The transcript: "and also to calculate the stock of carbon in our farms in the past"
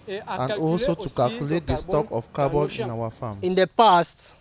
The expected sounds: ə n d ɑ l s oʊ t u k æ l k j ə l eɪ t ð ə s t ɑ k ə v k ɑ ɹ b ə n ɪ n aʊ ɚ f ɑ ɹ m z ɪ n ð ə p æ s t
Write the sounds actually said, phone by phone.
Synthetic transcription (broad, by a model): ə n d ɑ l s oʊ t u k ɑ l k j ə l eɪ t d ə s t ɑ k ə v k ɑ b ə l ɪ n aʊ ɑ f ɑ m ɪ n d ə p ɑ s t